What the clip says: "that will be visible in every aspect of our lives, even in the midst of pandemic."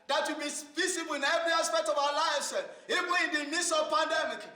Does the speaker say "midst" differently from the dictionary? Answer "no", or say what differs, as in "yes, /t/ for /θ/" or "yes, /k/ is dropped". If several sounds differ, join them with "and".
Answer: yes, /t/ is dropped